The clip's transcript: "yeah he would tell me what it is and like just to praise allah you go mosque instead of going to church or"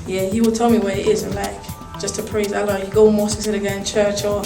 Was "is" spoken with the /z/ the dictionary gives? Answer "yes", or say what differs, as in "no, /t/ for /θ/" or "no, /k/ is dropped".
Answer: yes